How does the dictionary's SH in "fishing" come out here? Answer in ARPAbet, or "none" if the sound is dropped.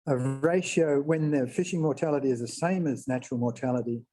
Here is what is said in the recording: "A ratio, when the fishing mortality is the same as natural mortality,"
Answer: SH